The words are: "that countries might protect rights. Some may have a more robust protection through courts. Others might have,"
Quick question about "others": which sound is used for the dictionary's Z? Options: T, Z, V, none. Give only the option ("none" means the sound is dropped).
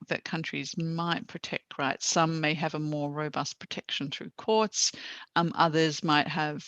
Z